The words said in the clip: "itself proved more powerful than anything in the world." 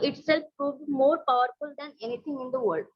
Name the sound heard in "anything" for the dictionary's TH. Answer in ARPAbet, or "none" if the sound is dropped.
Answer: T